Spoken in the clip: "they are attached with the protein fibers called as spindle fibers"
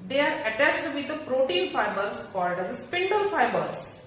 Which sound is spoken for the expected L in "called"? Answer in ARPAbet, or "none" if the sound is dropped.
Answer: none